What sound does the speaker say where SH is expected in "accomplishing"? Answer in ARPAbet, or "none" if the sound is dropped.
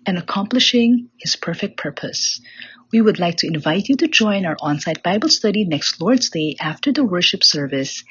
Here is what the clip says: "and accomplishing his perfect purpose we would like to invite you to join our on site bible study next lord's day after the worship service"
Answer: SH